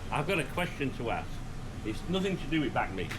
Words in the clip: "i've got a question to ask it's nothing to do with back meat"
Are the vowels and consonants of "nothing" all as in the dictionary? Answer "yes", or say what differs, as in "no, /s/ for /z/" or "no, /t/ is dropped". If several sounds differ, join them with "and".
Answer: yes